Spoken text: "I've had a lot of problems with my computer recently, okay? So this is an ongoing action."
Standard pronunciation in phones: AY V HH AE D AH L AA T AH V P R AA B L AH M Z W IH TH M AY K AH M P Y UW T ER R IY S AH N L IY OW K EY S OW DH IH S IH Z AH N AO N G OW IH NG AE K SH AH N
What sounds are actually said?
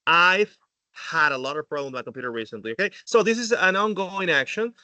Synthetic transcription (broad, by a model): AY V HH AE D AH L AA T AH V P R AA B L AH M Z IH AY K AH M P Y UW T ER R IY S AH N L IY OW K EY S OW DH IH S IH Z AH N AO N G OW IH NG AE K SH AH N